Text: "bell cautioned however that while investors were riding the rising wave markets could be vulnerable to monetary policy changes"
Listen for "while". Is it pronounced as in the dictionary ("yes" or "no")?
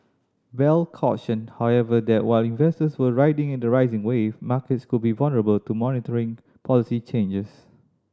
yes